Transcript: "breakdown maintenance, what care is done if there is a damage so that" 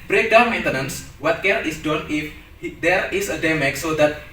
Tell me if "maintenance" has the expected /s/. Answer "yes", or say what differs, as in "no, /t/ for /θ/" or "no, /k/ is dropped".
yes